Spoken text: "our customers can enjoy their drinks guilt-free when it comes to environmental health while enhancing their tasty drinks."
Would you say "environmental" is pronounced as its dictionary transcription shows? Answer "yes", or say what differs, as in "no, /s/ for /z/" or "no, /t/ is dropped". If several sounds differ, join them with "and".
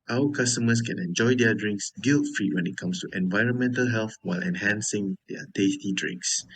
yes